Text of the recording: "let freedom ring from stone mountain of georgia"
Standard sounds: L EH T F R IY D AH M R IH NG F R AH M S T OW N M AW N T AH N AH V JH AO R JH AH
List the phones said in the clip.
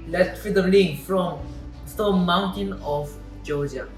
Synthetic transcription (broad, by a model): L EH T F R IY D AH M L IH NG F R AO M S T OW M AW N T AH N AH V JH AO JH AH